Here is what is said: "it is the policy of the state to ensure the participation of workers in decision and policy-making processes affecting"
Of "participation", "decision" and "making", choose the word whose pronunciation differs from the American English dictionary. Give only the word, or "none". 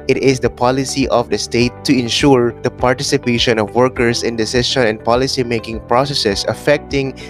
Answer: decision